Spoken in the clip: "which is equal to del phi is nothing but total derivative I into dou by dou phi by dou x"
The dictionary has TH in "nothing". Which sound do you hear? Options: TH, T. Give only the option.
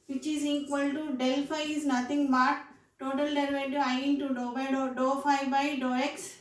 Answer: T